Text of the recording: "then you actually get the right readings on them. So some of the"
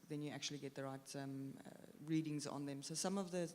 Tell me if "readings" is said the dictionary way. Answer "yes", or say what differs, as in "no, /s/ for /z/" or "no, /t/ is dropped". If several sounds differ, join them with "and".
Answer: yes